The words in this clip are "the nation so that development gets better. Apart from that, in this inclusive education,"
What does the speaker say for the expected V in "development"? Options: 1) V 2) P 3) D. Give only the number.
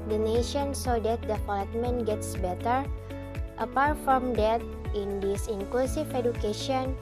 2